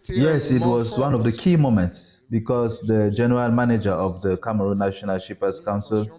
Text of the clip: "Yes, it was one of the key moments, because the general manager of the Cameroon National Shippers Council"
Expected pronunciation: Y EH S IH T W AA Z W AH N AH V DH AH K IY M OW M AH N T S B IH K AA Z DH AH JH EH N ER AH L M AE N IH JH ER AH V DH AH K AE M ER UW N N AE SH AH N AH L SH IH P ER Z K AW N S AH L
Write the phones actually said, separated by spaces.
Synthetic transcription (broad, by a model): Y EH S IH T W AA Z W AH N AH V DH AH K IY M OW M AH N T S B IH K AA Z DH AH JH EH N ER AH L M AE N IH JH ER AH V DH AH K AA M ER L N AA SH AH N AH L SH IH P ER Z K AW N S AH L